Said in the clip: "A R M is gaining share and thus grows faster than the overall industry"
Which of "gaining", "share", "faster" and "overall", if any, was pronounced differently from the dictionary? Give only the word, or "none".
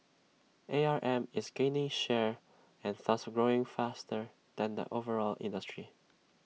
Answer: none